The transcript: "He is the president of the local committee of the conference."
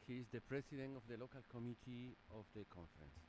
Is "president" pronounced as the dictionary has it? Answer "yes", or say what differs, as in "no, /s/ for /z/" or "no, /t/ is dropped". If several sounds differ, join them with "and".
no, /s/ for /z/